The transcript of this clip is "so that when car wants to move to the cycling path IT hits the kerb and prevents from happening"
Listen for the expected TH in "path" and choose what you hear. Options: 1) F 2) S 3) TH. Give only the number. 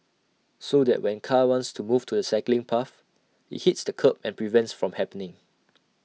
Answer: 1